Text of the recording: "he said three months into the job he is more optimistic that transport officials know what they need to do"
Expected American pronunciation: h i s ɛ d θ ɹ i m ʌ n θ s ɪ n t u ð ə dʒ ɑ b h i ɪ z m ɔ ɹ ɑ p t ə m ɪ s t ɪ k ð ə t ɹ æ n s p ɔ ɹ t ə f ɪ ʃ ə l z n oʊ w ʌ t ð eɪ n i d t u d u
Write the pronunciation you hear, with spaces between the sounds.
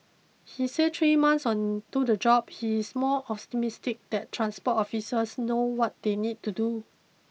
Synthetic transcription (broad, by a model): h i s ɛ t ɹ i m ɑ n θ s ɪ n t u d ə dʒ ɑ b h i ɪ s m ɔ l ɑ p t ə m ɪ s t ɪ k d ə t ɹ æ n s p ɔ t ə f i s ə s n oʊ w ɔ t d eɪ n i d t u d u